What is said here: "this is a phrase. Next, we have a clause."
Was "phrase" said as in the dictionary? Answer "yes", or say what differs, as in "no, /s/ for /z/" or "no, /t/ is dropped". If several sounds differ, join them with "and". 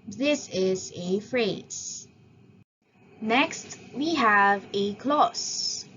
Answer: yes